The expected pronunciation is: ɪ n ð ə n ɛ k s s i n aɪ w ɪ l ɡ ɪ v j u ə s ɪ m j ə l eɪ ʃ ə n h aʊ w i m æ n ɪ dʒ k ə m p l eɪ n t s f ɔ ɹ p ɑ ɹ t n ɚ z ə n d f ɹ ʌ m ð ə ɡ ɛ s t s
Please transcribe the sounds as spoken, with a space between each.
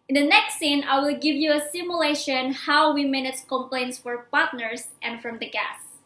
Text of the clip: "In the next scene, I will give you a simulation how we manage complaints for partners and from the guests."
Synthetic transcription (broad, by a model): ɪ n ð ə n ɛ k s s i n aɪ w ɪ l ɡ ɪ v j u ə s ɪ m j ə l eɪ ʃ ə n h aʊ w i m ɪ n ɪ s k ə m p l eɪ n t s f ɔ ɹ p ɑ ɹ t n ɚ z ə n d f ɹ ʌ m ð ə ɡ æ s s